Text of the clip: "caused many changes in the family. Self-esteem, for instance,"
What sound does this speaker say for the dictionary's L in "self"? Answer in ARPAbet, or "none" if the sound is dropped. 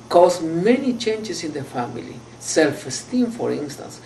L